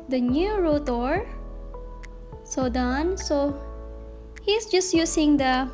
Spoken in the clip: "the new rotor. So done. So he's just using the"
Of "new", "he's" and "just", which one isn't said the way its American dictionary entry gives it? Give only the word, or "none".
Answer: he's